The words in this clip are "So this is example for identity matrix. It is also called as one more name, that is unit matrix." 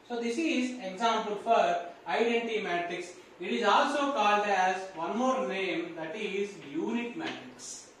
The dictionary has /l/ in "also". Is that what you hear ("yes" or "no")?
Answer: yes